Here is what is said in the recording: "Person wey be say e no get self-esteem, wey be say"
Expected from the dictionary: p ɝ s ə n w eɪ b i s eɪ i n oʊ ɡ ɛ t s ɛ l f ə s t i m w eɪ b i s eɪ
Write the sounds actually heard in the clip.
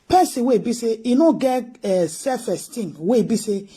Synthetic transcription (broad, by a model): p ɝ s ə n w eɪ b i s eɪ i n oʊ ɡ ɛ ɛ s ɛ f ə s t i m w eɪ b i s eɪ